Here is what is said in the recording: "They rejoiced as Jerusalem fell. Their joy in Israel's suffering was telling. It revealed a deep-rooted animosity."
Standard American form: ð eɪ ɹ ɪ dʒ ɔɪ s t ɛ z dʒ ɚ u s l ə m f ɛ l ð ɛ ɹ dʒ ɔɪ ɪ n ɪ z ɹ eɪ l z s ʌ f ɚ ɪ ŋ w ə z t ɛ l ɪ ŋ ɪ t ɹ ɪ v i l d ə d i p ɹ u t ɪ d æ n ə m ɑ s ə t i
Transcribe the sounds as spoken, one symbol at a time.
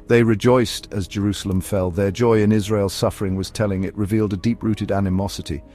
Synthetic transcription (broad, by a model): ð eɪ ɹ ɪ dʒ ɔɪ s t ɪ z dʒ ɚ u s l ə m f ɛ l ð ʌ ɹ dʒ ɔɪ ɪ n ɪ z ɹ eɪ l z s ʌ f ɚ ɪ ŋ w ə z t ɛ l ɪ ŋ ɪ t ɹ ɪ v i l d ə d i p ɹ u t ɪ d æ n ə m ɑ s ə t i